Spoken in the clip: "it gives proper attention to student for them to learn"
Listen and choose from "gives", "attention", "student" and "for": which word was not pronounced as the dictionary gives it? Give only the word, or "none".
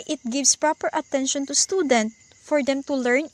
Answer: gives